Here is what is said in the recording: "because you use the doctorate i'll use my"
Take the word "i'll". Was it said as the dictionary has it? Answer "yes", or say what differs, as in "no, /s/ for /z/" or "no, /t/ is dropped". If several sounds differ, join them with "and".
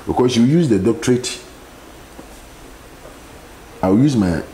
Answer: no, /w/ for /l/